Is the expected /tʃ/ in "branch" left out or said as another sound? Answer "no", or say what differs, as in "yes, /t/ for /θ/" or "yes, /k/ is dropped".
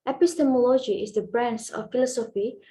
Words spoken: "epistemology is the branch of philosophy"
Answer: yes, /s/ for /tʃ/